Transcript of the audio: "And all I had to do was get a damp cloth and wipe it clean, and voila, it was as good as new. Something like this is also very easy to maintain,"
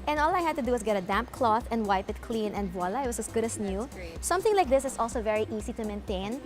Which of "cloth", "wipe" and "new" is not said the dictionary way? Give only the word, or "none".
none